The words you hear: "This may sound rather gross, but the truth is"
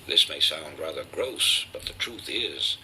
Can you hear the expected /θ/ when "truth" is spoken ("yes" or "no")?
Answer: yes